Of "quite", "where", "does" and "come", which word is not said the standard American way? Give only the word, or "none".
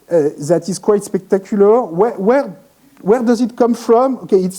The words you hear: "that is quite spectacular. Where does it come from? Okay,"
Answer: none